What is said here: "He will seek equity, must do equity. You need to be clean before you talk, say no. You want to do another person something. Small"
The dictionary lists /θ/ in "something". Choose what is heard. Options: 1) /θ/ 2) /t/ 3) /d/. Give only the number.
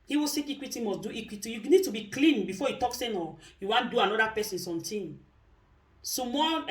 2